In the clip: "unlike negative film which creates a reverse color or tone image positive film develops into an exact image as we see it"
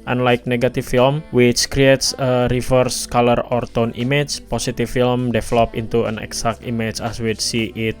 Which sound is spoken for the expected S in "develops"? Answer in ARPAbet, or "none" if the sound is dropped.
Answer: none